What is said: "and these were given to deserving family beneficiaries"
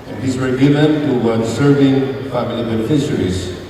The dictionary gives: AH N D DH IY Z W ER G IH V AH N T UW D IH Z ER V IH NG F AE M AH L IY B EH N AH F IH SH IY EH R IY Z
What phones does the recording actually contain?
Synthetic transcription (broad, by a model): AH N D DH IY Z W ER G IH V AH N T UW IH S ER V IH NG F AE M AH L IY B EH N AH F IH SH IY R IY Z